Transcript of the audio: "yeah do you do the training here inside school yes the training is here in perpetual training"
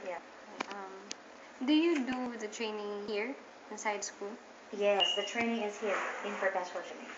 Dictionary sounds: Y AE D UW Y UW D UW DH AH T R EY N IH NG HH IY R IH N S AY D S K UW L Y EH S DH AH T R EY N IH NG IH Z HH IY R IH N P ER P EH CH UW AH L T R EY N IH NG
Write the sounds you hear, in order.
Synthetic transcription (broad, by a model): Y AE D UW Y UW D UW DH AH T R EY N IH NG HH IY R IH N S AY D S K UW L Y EH S DH AH T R EY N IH NG IH Z HH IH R IH N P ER EH S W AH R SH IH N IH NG